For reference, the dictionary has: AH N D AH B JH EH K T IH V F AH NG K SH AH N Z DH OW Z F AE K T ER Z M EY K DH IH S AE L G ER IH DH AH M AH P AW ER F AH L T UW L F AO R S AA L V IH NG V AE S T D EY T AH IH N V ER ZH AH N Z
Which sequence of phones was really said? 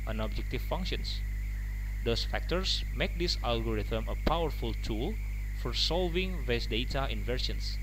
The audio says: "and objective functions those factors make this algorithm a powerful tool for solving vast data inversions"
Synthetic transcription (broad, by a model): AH N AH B JH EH K T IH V F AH NG K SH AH N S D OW S F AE K T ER S M EY K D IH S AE L G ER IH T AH M AH P AW ER F AH L T UW L F AO R S AA L V IH NG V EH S D EY T AH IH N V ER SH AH N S